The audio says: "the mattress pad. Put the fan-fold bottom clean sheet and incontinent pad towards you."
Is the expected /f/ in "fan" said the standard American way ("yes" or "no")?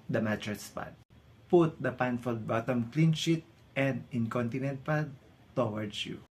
no